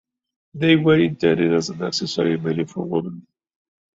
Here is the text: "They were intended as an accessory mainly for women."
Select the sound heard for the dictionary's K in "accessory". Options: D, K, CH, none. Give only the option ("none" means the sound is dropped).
none